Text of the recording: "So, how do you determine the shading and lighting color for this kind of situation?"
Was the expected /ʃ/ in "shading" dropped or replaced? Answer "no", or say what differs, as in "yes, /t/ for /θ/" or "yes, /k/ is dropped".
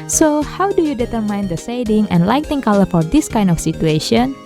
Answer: yes, /s/ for /ʃ/